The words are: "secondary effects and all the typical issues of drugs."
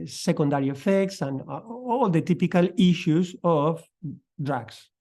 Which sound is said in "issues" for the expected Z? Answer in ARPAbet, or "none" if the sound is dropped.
S